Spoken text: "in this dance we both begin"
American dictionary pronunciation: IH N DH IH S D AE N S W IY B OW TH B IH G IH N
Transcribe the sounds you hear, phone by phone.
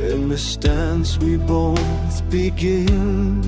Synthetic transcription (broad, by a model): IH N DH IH S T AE N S W IY B OW TH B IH G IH N